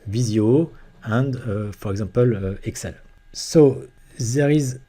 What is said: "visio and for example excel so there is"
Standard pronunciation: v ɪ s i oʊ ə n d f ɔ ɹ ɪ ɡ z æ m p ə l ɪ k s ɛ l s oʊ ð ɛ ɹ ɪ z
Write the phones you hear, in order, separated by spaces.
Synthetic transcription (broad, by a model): v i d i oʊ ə n d f ɔ ɹ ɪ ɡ z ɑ p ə l ɪ k s ɛ l s oʊ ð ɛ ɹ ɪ z